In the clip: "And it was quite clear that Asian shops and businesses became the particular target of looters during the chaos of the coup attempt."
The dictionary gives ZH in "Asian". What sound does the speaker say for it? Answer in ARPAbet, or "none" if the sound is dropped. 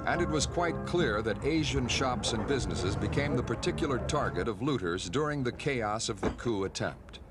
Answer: ZH